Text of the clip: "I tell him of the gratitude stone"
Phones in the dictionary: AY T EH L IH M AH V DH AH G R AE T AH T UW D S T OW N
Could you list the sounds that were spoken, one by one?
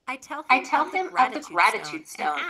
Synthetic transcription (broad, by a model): AY T EH L IH M AH V DH AH G R AE T AH T UW D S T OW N